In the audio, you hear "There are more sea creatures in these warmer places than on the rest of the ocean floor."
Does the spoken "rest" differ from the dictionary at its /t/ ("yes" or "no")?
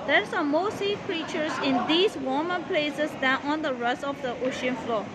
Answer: yes